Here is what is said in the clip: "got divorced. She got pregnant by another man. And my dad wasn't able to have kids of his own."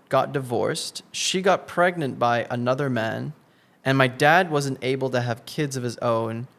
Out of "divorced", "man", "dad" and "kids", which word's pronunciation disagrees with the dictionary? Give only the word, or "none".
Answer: none